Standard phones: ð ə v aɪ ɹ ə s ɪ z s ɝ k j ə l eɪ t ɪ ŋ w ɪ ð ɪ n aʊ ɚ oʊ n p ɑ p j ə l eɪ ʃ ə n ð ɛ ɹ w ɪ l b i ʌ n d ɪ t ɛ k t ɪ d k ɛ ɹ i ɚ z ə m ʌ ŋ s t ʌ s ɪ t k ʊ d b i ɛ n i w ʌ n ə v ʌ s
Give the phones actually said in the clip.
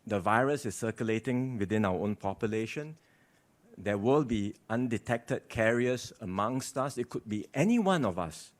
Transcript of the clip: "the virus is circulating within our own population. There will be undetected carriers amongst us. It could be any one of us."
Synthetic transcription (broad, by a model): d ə v aɪ ɹ ə s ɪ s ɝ k j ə l eɪ t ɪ ŋ w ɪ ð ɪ n aʊ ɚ oʊ n p ɑ p j ə l eɪ ʃ ə n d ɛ w ɪ l b i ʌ n d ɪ t ɛ k t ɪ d k ɛ ɹ i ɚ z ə m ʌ ŋ s t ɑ s ɪ t k ʊ d b i ɛ n i w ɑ n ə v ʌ s